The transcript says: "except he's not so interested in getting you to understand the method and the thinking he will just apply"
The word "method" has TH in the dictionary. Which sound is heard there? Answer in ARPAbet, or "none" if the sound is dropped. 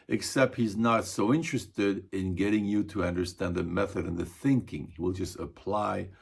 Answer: TH